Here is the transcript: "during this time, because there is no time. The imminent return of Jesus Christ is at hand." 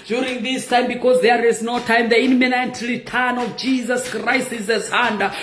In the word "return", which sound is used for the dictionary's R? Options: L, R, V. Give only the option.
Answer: L